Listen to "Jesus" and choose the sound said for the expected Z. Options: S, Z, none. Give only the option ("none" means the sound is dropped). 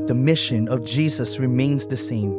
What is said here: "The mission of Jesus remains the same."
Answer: Z